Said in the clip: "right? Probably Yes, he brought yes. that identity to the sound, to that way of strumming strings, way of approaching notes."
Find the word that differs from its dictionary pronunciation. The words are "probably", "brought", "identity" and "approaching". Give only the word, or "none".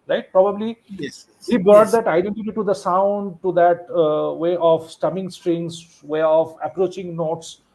brought